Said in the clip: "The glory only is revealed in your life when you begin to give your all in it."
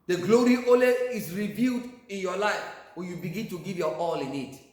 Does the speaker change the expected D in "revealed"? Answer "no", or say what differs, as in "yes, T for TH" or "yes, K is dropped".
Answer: no